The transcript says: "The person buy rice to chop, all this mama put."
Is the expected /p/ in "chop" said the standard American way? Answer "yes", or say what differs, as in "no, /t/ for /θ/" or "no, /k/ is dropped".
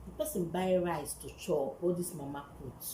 no, /p/ is dropped